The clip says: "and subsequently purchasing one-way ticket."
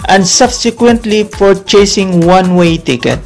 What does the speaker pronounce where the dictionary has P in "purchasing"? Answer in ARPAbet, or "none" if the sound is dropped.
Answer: F